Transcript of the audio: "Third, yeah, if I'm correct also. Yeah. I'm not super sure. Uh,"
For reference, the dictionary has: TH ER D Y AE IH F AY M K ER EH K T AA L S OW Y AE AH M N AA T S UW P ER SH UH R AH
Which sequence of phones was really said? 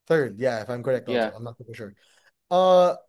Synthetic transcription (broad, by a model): TH ER D Y AE IH F AY M K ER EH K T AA AH M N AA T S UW F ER SH UH R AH